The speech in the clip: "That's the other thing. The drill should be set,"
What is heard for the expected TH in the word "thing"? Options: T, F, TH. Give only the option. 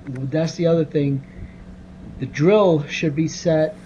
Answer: TH